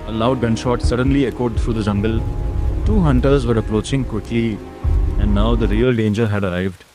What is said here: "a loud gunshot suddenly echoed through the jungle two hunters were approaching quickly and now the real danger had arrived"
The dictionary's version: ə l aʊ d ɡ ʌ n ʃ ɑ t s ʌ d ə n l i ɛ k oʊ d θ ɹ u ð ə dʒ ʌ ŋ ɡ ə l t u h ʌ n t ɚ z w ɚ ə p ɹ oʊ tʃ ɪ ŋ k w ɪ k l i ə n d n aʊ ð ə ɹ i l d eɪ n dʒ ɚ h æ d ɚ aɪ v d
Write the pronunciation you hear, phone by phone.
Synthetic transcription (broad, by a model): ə l aʊ d ɡ ʌ n ʃ ɑ t s ʌ d ə n l i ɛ k oʊ d t ɹ u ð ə dʒ ʌ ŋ ɡ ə l t u h ʌ n t ɚ z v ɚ ə p ɹ oʊ tʃ ɪ ŋ k w ɪ k l i ə n d n aʊ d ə ɹ i l d eɪ n dʒ ɚ h æ d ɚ aɪ v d